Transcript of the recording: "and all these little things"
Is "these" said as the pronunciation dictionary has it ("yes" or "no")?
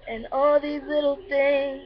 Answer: yes